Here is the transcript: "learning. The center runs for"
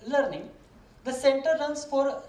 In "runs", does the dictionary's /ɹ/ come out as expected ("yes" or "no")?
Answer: no